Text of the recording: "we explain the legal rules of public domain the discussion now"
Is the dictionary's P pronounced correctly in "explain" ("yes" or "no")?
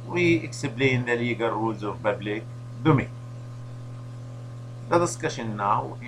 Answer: no